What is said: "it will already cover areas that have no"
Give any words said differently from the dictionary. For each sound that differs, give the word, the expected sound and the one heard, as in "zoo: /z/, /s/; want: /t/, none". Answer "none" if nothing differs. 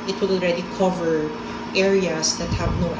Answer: areas: /z/, /s/